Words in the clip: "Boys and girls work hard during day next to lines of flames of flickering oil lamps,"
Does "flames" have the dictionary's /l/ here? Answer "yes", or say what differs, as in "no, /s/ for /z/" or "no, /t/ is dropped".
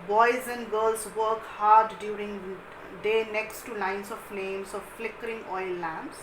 no, /n/ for /l/